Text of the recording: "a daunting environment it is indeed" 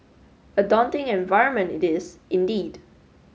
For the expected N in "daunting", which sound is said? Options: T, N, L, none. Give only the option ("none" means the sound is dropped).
N